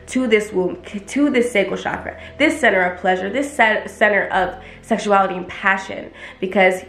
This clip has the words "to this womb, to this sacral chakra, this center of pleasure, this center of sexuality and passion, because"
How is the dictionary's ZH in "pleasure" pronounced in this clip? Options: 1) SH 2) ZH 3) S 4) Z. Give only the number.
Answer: 2